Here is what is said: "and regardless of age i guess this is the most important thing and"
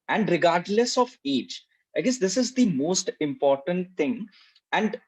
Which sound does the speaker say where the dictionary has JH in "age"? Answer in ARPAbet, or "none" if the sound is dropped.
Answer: CH